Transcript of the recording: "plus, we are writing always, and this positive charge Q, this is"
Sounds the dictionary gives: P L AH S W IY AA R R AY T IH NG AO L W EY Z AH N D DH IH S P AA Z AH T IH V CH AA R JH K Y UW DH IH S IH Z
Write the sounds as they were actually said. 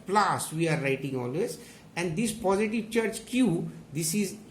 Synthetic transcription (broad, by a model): P L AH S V IY AA R R AY T IH NG AO L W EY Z AH N D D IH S P AA Z AH T IH V CH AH R CH K Y UW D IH S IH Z